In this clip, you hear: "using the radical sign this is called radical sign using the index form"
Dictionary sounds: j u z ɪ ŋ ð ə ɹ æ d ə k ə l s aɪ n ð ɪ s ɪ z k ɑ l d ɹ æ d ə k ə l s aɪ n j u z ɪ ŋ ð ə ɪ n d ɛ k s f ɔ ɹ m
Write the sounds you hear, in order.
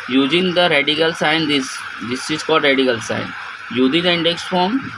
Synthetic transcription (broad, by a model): j u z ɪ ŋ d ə ɹ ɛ d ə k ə l s aɪ n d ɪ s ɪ s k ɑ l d ɹ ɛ d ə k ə l s aɪ n j u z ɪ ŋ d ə ɪ n d ɛ k s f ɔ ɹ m